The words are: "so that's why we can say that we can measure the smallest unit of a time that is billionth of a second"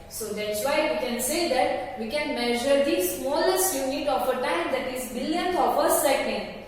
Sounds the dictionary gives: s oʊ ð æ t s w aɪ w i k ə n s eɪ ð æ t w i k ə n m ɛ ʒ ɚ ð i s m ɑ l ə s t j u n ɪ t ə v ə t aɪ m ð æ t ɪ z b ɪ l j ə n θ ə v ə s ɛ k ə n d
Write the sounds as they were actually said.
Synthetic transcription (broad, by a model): s oʊ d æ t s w aɪ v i k ə n s eɪ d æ t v i k ə n m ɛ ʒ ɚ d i s m ɑ l ə s t j u n ɪ t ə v ə t aɪ m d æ t ɪ z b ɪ l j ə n t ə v ə s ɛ k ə n d